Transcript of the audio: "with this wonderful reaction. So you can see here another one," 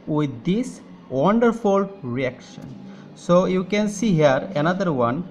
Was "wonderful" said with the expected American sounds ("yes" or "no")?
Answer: yes